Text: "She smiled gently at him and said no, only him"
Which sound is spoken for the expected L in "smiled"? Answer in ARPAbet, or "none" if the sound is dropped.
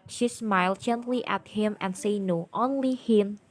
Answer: L